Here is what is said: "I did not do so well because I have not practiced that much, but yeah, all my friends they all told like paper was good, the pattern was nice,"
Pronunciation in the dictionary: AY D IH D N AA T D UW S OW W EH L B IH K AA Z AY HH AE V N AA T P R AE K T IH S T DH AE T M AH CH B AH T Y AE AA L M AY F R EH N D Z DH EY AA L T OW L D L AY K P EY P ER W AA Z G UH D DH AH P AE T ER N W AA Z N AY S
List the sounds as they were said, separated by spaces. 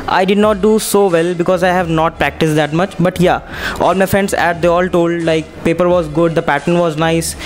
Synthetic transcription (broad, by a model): AY D IH D N AA T D UW S OW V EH L B IH K AA Z AY HH AE V N AA T P R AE K T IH S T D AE T M AH CH B AH T Y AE AA L M AY F R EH N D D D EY AA L T OW L D L AY K P EY P ER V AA Z G UH D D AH P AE T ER N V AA Z N AY S